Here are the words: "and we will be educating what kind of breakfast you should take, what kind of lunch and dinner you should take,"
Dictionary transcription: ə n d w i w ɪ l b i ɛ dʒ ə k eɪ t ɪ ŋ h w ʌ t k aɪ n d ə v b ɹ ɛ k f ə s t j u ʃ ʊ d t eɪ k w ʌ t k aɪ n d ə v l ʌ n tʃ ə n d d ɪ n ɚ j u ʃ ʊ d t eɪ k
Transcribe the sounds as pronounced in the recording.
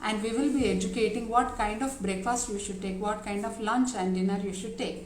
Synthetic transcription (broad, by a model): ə n d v i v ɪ l b i ɛ dʒ ə k eɪ t ɪ ŋ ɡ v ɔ t k aɪ n d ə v b ɹ ɛ k f ə s t j u ʃ ʊ d t eɪ k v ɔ t k aɪ n d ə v l ʌ n tʃ ə n d d ɪ n ɚ j u ʃ ʊ d t eɪ k